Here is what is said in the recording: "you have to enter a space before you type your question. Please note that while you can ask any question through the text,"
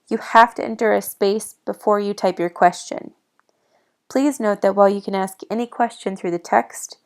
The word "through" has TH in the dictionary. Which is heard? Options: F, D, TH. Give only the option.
TH